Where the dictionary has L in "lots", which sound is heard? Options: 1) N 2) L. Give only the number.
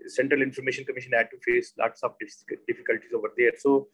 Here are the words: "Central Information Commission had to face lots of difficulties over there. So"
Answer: 2